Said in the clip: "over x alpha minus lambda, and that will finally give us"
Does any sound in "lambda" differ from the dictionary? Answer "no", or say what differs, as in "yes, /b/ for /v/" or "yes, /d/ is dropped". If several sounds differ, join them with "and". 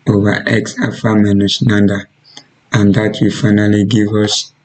yes, /n/ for /l/